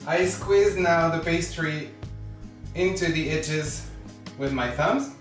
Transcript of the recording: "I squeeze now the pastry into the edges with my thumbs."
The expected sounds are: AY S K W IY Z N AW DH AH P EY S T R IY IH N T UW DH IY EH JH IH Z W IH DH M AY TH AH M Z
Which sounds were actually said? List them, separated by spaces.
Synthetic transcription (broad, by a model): AY S K W IY Z N AW DH AH B EY S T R IY IH N T UW DH IY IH CH IH Z W IH DH M AY TH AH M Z